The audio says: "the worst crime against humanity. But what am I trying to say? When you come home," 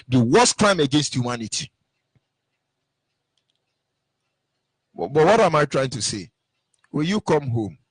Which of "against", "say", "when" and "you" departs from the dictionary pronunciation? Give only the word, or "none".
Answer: when